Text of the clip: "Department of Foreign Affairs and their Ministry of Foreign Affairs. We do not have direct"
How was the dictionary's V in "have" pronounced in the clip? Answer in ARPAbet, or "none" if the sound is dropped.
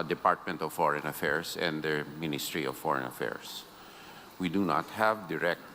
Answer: V